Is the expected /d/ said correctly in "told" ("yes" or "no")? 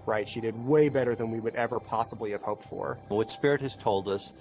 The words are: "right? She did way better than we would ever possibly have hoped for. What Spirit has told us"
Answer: yes